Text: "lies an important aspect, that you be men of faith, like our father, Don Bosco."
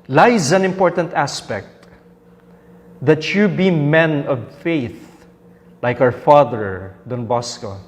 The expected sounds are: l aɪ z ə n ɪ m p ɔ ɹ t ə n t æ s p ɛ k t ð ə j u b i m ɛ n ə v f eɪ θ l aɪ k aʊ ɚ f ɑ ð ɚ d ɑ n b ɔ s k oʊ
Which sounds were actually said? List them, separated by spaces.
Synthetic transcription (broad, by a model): l aɪ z ə n ɪ m p ɔ ɹ t ə n t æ s p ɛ k t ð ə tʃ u b i m ɛ n ə v f eɪ θ l aɪ k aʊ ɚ f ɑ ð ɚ d ɑ n b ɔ s k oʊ